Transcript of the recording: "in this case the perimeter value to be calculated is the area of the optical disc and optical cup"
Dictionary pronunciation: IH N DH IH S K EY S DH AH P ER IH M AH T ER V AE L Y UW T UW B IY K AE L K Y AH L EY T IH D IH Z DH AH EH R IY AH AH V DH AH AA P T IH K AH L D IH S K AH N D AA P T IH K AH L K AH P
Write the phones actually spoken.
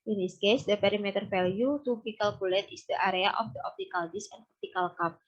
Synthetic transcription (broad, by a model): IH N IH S K EY S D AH P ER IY M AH T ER F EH L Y UW T UW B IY K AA L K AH L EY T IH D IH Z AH R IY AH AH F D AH AA P T IH K AH L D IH S AH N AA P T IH K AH L K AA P